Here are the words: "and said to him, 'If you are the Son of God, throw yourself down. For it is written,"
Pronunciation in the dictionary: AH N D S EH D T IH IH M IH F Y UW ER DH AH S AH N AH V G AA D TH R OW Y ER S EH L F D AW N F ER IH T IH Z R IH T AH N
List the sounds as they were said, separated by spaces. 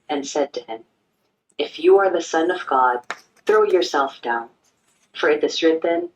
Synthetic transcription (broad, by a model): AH N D S EH D T IH IH M IH F Y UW ER DH AH S AH N AH V G AA D TH R OW Y ER S EH L F D AW N F ER IH T IH Z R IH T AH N